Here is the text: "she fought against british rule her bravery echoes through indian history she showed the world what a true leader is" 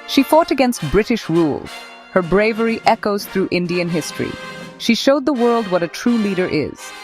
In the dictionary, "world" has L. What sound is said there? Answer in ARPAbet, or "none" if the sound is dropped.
L